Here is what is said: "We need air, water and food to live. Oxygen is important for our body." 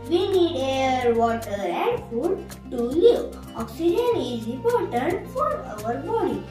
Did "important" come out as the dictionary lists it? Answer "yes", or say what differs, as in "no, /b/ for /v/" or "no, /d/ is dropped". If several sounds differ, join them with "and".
no, /m/ is dropped